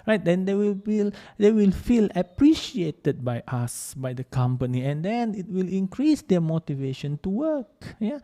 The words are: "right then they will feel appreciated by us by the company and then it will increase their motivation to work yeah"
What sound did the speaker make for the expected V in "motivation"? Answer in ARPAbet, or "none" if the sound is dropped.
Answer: V